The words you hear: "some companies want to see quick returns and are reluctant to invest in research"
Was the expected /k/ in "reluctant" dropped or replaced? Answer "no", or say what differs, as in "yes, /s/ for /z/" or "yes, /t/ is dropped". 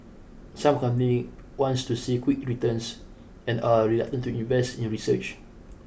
yes, /k/ is dropped